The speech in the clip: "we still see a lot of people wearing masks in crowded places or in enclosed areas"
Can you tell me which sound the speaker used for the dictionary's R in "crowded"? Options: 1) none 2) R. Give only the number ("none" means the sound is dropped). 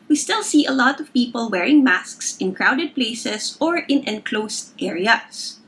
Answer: 2